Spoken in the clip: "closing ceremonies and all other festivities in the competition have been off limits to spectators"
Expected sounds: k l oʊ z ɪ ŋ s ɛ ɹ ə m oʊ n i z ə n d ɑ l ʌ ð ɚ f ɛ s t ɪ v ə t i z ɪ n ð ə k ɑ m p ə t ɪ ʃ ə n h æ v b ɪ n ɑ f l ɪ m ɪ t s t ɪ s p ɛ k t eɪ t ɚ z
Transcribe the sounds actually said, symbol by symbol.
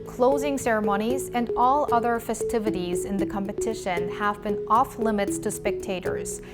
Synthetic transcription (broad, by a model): k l oʊ z ɪ ŋ s ɛ ɹ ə m oʊ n i z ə n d ɑ l ʌ ð ɚ f ɛ s t ɪ v ə t i z ɪ n ð ə k ɑ m p ə t ɪ ʃ ə n h æ v b ɪ n ɑ f l ɪ m ɪ t s t ɪ s p ɛ k t eɪ t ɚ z